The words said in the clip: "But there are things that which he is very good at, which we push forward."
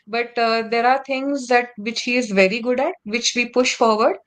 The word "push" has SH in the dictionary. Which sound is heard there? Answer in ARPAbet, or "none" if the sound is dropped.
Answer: SH